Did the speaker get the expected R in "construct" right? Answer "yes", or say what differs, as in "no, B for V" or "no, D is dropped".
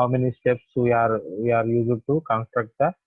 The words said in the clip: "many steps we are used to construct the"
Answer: yes